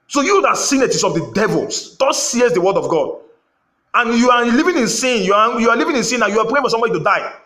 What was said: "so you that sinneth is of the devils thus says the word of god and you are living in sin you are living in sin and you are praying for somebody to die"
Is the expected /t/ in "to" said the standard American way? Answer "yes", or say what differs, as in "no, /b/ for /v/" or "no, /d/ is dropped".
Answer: yes